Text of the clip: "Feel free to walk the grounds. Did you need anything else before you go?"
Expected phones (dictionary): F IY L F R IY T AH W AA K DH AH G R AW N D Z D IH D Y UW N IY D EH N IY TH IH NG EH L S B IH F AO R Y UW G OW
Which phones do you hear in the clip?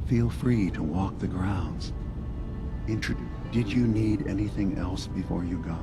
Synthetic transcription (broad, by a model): F IY L F R IY T AH W AA K DH AH G R AW N D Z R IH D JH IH N IY D EH N IY TH IH NG EH L S B IH F AO R Y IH G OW